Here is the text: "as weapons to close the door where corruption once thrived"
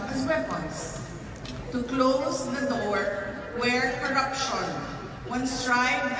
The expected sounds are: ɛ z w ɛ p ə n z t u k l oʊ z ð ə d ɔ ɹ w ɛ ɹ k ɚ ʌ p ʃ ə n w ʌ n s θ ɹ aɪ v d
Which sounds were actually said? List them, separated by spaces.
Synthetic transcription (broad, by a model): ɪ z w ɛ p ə n s t u k l oʊ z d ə d ɔ ɹ w ɛ ɹ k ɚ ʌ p ʃ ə n w ʌ n s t ɹ aɪ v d